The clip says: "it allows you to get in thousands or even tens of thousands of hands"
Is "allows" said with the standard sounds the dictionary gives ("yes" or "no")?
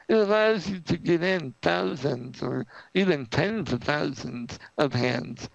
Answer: yes